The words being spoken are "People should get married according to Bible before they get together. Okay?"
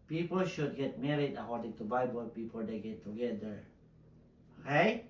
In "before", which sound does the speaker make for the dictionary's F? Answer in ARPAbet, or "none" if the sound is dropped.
P